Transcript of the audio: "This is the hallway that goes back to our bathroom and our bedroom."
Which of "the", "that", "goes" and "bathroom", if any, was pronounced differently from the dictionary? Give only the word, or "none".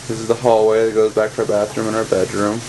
none